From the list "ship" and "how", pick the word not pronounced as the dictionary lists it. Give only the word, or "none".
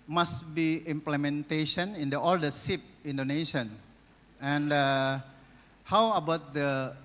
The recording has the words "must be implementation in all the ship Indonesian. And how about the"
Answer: ship